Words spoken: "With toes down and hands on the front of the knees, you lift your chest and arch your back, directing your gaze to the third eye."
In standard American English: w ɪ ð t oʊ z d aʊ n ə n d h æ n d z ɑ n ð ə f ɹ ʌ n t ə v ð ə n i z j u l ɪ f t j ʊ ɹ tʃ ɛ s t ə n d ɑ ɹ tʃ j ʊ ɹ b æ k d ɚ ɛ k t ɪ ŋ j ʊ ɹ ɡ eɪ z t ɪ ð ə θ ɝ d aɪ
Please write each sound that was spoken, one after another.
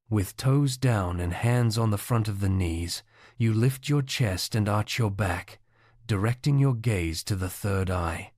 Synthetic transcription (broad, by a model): w ɪ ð t oʊ z d aʊ n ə n h æ n d z n ð ə f ɹ ʌ n t ə v ð ə n i z j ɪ l ɪ f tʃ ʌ ɹ tʃ ɛ s t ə n ɑ ɹ tʃ j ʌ ɹ b æ k d ɚ ɛ k t ɪ ŋ j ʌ ɹ ɡ eɪ z t ɪ ð ə θ ɝ d aɪ